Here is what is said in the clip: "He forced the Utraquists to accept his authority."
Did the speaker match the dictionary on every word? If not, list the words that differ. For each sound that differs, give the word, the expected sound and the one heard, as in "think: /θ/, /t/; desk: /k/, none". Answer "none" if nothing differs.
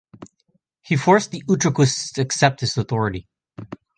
none